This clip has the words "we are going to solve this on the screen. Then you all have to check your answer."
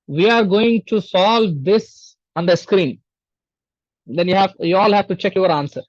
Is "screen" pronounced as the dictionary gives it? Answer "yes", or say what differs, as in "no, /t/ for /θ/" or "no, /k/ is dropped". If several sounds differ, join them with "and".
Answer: yes